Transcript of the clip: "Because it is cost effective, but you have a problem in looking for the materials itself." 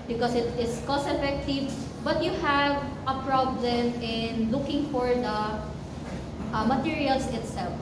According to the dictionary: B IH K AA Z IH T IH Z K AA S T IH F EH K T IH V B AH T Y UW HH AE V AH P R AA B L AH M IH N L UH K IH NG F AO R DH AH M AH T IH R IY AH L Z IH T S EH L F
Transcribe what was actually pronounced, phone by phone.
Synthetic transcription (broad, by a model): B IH K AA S IH T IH S K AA S IH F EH K T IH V B AH T Y UW HH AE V AH P R AA B L AH M IH N L UH K IH NG F AO R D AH M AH T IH R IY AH L S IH T S EH L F